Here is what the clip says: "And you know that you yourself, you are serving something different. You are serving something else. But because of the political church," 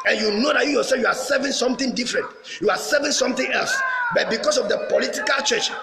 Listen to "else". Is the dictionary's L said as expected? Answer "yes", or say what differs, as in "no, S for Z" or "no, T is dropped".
yes